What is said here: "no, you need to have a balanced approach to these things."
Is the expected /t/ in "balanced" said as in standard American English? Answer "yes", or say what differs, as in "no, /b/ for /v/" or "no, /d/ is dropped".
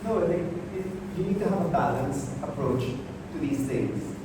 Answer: no, /t/ is dropped